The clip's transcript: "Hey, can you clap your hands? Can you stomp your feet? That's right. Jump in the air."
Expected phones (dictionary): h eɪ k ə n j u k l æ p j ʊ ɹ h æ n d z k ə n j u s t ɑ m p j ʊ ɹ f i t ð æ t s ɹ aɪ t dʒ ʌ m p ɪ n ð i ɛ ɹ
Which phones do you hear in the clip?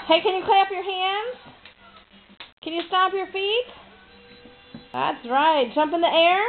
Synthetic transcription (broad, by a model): h eɪ k ə n j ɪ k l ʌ p j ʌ ɹ h æ n d z k ə n j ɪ s t ɑ p j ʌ ɹ f i t ð æ t s ɹ aɪ t dʒ ʌ m p ɪ n ð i ɛ ɹ